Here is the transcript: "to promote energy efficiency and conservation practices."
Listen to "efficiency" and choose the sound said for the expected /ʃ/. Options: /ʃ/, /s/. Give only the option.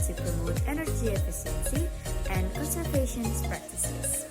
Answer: /s/